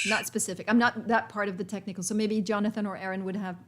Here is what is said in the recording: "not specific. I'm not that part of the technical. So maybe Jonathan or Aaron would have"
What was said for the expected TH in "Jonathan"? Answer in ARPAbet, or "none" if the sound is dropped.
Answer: TH